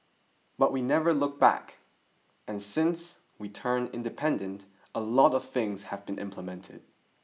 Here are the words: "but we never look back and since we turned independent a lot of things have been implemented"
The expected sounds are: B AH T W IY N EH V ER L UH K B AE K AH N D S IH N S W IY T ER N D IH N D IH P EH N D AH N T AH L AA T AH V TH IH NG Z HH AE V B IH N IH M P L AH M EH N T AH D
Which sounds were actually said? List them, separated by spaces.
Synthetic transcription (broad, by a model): B AH T W IY N EH V ER L UH K B AE K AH N S IH N S W IY T ER N IH N D IH P EH N D AH N T AH L AA T AH V TH IH NG Z HH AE V B IH N IH M P L AH M EH N T AH D